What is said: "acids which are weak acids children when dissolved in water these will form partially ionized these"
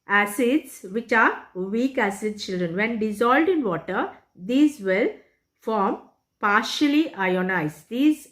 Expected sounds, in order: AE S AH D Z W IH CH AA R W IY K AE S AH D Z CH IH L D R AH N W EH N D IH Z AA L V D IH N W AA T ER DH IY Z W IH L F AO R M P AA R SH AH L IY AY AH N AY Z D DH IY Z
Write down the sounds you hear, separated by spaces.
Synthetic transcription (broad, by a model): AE S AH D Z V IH CH AA R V IY K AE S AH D CH IH L D R AH N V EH N D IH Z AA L D IH N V AA T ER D IY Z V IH L F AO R M P AA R SH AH L IY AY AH N AY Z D IY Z